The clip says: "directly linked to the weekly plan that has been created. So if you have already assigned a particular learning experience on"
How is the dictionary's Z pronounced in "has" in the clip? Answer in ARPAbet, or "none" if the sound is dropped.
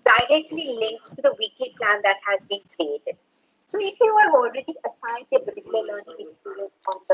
Z